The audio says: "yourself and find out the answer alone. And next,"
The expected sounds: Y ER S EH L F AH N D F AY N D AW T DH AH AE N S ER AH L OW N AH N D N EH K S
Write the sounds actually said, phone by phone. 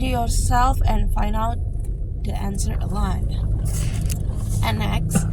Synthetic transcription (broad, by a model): Y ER S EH L F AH N F AY N D AW T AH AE N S ER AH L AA AH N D N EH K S